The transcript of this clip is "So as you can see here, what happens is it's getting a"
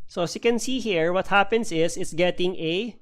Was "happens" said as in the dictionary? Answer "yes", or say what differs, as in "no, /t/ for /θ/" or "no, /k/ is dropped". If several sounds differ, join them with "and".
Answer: no, /s/ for /z/